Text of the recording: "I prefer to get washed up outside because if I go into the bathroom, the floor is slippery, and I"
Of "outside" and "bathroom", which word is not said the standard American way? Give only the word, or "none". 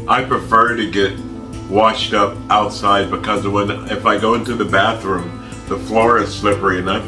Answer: none